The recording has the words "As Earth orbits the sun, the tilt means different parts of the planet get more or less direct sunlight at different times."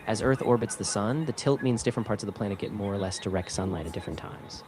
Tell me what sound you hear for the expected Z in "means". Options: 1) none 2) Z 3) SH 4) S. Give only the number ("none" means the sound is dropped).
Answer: 2